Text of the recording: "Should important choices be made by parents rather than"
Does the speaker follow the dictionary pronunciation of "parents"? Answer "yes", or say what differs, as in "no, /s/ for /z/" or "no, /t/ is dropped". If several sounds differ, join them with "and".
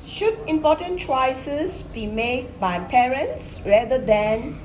yes